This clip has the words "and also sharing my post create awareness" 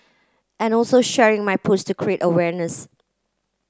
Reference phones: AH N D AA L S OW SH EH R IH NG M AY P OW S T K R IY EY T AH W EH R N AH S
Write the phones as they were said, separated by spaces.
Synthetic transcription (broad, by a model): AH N AA L S OW SH EH R IH NG M AY P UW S T K R IY EY T AH W EH R N AH S